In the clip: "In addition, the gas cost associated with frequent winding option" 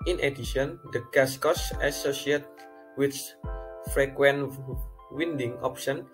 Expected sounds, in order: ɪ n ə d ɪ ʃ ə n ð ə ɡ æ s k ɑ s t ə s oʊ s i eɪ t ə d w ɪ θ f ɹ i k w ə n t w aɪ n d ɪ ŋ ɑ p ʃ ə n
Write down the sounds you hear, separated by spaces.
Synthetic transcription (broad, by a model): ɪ n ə d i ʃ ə n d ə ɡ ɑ s k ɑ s ə s oʊ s i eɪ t w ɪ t f ɹ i k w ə n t w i n d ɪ ŋ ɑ p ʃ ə n